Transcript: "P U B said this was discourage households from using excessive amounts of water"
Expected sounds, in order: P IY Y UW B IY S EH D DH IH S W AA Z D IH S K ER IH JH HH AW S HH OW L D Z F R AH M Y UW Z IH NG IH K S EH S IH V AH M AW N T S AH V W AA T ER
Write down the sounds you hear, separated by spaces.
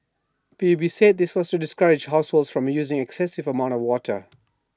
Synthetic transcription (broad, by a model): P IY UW B IY S EH D DH IH S W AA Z D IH S K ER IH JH HH AW S HH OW L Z F R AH M Y UW Z IH NG IH K S EH S IH V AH M AW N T AH V W AA T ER